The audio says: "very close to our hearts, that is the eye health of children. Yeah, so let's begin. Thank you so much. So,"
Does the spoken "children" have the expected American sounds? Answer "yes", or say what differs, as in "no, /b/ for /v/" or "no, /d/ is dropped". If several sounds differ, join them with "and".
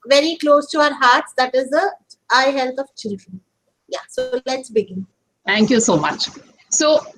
yes